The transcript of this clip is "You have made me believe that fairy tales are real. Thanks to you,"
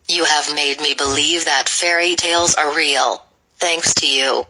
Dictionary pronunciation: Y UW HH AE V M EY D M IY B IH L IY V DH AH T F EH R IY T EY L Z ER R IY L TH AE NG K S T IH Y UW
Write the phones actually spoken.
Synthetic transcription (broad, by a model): Y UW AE V M EY D M IY B IH L IY V DH AH T F EH R IY T EY L Z ER R IY L TH AE NG K S T IH Y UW